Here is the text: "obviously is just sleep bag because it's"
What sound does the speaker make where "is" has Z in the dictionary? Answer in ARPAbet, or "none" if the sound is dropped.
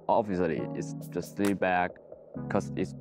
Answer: S